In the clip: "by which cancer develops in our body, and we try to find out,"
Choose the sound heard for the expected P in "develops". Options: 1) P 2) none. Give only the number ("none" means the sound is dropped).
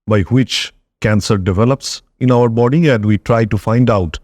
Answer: 1